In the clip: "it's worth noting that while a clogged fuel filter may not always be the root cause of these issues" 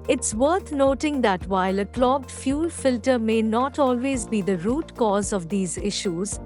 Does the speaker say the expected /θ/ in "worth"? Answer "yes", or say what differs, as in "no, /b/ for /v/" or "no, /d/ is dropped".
no, /t/ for /θ/